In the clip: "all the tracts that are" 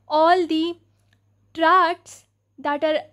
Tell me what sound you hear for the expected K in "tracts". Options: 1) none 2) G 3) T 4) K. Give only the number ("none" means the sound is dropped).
1